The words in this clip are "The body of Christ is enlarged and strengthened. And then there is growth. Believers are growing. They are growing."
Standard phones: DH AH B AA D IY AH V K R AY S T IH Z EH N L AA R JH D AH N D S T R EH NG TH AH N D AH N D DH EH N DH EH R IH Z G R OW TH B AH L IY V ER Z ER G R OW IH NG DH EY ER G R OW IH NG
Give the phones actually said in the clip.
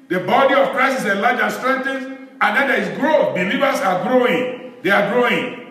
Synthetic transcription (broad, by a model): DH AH B AA D IY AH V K R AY S IH S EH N L AA JH AH N S T R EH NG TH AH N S AH N D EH N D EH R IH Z G R OW TH B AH L IY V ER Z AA G R OW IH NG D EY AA G R OW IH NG